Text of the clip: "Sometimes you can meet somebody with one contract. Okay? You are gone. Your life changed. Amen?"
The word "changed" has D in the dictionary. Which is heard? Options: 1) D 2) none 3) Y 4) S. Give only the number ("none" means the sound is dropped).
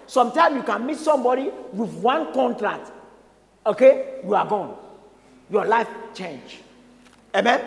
2